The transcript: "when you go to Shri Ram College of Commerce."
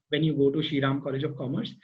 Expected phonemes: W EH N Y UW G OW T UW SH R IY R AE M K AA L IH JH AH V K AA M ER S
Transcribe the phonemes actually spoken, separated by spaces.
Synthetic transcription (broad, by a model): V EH N Y UW G OW T UW SH IY R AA M K AA L IH JH AH V K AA M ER S